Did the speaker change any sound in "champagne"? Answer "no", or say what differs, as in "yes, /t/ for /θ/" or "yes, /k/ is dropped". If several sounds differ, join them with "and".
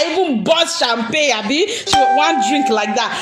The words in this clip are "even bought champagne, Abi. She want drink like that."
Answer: yes, /n/ is dropped